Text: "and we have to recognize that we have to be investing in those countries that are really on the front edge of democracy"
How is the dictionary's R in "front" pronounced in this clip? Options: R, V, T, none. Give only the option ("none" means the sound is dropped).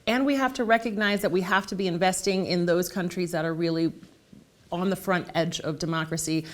R